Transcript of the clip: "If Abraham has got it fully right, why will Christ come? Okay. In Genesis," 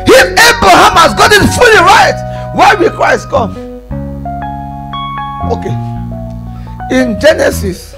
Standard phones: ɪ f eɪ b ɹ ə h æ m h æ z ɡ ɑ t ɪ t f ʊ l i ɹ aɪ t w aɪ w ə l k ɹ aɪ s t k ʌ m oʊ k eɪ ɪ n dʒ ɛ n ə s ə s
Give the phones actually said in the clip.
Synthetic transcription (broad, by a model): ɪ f eɪ b ɹ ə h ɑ m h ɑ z ɡ ɑ t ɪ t f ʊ l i ɹ aɪ t w aɪ w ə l k ɹ aɪ s t k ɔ m oʊ k eɪ ɪ n dʒ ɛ n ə s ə s